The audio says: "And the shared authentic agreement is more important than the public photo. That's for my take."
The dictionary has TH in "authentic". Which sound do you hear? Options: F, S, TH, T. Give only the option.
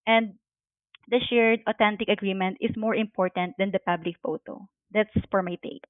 T